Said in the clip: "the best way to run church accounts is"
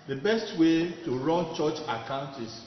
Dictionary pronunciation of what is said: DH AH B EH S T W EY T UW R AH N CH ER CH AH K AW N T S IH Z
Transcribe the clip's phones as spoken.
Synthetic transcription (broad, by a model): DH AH B EH S T W EY T UW R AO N CH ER CH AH K AW N T IH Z